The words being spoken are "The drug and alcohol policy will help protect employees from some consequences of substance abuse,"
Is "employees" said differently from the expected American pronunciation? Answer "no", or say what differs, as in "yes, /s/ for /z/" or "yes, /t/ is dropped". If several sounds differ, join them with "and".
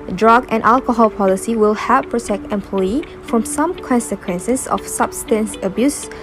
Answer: yes, /z/ is dropped